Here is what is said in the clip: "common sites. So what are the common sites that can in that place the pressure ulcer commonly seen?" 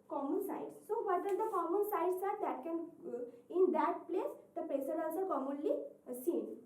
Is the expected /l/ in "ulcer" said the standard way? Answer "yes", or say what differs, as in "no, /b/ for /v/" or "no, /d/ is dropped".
no, /n/ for /l/